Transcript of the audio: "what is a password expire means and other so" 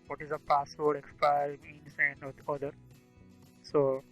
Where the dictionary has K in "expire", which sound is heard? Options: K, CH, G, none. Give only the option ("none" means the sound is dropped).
K